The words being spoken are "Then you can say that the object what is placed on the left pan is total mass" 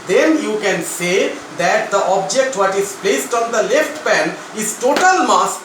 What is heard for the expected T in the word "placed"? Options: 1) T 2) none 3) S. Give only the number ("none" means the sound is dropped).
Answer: 1